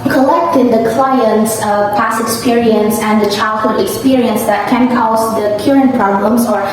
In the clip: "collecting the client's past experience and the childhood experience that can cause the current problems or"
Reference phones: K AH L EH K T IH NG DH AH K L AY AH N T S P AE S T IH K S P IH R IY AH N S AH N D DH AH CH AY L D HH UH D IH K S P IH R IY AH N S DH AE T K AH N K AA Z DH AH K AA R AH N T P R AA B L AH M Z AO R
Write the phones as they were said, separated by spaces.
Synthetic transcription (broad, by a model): K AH L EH K T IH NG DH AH K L AY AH N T S P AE S IH K S P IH R IY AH N S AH N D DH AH CH AY L D HH UH D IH K S P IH R IY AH N S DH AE T K AH N K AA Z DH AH K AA R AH N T P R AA B L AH M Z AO R